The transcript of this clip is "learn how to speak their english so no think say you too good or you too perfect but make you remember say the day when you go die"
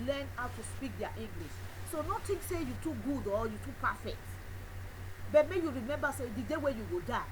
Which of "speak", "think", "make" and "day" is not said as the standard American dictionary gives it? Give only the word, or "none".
think